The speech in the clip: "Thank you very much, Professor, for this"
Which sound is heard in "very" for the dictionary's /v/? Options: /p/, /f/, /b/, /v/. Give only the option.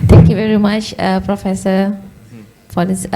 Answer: /v/